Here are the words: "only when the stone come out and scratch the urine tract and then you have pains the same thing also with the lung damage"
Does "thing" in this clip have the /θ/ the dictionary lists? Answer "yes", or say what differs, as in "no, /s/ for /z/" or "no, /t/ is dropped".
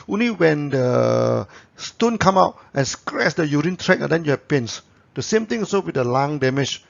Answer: no, /t/ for /θ/